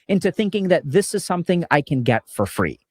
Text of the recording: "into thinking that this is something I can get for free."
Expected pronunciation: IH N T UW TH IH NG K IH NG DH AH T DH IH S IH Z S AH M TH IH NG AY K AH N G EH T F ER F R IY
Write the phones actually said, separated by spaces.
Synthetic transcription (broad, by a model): IH N T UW TH IH NG K IH NG DH AH T DH IH S IH Z S AH M TH IH NG AY K AH N G EH T F ER F R IY